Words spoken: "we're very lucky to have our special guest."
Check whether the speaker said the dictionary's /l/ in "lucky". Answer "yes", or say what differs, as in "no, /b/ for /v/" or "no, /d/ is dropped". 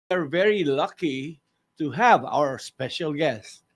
yes